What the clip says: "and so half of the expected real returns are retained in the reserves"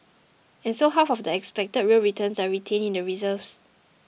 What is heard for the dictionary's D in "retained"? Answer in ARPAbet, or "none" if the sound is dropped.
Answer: none